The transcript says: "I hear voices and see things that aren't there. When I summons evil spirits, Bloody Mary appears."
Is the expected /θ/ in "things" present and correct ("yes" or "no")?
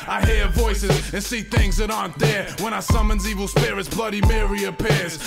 yes